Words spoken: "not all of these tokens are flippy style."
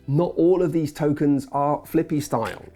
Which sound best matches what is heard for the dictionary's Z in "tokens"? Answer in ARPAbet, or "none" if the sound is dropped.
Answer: Z